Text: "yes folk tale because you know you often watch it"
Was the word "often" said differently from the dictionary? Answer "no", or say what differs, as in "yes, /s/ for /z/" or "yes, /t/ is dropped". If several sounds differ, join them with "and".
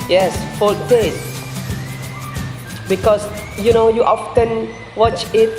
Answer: no